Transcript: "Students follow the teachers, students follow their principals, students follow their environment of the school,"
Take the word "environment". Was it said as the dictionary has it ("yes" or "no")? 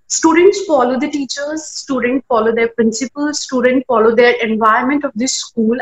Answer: no